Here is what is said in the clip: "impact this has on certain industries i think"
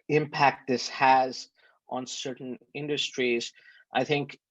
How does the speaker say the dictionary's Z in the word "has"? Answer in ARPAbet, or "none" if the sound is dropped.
Z